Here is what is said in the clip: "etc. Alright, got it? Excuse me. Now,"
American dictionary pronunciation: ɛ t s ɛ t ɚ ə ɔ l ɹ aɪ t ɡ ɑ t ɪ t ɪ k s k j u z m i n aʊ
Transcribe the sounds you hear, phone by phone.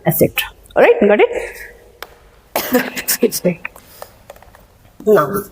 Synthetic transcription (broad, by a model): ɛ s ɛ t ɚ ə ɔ ɹ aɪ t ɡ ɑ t ɪ t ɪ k s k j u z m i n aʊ